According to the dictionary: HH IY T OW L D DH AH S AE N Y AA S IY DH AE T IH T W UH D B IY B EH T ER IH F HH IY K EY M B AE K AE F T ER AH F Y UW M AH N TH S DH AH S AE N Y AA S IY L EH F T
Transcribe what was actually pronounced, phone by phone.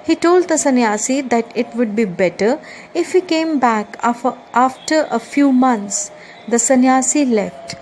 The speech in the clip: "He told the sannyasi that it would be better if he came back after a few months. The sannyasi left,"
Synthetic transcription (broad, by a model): HH IY T OW L D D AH S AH N Y AA S IY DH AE T IH T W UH D B IY B EH T ER IH F HH IY K EY M B AE K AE F T ER AH F Y UW M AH N T S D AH S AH N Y AA S IY L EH F T